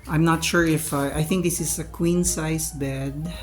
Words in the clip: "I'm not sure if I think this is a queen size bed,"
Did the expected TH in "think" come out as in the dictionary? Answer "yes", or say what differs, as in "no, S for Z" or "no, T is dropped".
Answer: yes